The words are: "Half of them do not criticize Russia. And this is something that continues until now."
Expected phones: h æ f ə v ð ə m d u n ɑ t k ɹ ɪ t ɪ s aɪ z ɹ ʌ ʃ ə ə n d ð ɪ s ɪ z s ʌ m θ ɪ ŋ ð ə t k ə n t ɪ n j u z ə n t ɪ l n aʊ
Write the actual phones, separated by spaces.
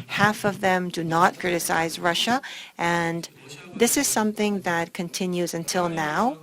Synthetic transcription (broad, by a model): h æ f ə v ð ə m d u n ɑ t k ɹ ɪ t ɪ s aɪ z ɹ ʌ ʃ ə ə n ð ɪ s ɪ z s ʌ m θ ɪ ŋ ð ə t k ə n t ɪ n j u z ə n t ɪ l n aʊ